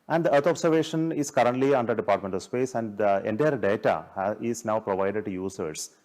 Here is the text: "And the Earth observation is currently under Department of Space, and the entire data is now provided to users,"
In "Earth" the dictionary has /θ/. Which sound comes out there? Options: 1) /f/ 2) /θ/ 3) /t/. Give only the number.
3